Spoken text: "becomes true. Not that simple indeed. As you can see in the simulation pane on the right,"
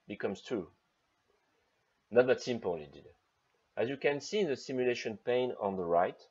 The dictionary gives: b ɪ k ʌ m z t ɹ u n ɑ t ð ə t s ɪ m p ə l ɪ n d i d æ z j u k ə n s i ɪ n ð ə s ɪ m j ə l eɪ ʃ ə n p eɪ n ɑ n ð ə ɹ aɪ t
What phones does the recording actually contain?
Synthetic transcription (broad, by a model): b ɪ k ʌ m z t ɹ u n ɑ t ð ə t s ɪ m p ə l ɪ d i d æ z j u k ə n s i ð ə s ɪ m j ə l eɪ ʃ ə n p eɪ n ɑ n ð ə ɹ aɪ t